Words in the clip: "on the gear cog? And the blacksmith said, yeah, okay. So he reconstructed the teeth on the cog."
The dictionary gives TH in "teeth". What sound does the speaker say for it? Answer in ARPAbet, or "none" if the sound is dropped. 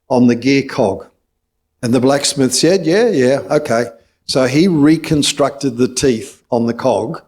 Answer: TH